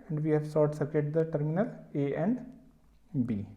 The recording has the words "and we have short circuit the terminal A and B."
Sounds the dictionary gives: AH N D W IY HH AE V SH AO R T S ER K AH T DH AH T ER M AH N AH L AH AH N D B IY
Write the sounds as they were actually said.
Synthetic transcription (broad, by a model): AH N D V IY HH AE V S AO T S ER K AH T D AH T ER M AH N AH L AH AH N D B IY